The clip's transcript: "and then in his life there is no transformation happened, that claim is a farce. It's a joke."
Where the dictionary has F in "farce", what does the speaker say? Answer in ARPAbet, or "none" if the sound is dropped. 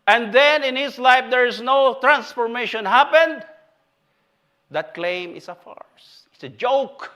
F